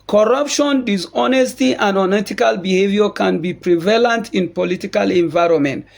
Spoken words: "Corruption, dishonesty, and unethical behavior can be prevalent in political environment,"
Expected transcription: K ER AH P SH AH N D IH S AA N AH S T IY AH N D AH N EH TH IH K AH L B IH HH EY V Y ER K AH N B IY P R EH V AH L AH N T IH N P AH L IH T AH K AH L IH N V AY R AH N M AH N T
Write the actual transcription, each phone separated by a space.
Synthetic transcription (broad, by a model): K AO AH P SH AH N D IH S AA N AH S T IY AH N D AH N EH T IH K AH L B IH HH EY V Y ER K AH N B IY P R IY V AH L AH N T IH N P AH L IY T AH K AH L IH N V AY R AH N M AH N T